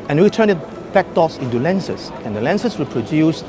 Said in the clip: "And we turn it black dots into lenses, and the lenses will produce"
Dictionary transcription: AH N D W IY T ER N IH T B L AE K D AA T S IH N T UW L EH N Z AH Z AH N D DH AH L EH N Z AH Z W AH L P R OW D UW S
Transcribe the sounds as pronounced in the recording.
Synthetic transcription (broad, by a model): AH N W IY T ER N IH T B AE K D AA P S IH N T UW L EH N S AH S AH N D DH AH L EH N S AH S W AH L P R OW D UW S